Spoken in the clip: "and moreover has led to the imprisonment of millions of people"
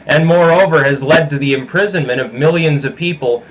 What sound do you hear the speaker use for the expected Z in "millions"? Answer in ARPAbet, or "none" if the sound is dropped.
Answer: Z